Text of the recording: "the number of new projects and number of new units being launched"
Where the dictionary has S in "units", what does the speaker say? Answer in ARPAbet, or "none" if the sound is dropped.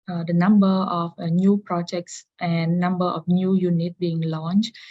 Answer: none